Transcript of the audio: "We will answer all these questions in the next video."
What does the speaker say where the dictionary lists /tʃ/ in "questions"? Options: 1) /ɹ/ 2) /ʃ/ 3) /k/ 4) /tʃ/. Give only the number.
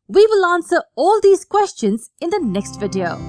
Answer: 4